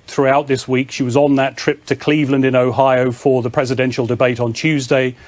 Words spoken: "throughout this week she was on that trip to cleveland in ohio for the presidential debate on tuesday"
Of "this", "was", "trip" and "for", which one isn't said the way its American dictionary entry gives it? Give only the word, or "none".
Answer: none